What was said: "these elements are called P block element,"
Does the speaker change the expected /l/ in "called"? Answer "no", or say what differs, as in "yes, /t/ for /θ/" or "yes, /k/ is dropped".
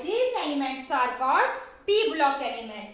yes, /l/ is dropped